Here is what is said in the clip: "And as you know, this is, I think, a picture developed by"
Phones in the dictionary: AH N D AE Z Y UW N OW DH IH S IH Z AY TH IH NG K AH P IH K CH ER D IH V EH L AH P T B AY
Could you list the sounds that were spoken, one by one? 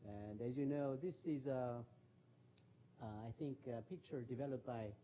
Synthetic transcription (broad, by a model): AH N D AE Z Y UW N OW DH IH S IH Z AY TH IH NG K AH P IH K CH ER D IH V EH L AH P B AY